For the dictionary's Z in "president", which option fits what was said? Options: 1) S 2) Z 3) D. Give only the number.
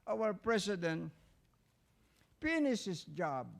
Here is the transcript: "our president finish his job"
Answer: 1